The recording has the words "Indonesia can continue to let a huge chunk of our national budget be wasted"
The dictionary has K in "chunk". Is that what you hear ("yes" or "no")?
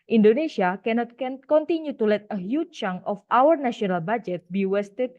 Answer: no